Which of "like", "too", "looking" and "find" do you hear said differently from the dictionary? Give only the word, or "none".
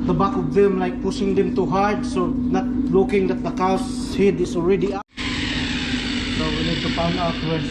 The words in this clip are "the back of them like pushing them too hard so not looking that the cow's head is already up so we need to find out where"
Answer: find